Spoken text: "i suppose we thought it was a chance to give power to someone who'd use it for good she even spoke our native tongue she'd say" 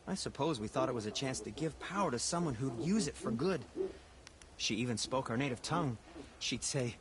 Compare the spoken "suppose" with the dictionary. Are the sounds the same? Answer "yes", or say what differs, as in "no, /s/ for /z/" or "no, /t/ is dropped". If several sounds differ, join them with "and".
yes